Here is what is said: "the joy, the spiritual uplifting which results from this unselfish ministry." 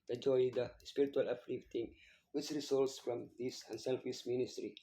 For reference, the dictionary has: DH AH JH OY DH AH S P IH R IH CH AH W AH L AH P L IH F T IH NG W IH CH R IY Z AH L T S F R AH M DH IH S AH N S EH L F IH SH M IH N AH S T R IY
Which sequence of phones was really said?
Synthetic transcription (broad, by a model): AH JH OY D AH S P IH R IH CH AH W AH L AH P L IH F T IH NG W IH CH R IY S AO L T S F R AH M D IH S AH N S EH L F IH S M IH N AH S T R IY